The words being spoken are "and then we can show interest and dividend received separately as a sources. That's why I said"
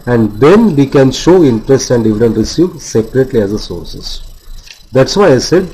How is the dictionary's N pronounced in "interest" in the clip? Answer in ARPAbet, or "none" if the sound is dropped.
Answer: N